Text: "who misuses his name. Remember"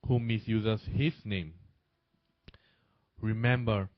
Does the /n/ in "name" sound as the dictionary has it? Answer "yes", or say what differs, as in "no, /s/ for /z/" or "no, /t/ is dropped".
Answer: yes